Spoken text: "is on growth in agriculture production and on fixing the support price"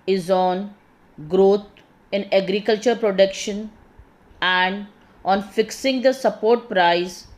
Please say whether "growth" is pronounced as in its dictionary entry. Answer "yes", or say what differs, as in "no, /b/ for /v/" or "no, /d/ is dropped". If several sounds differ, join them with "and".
no, /t/ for /θ/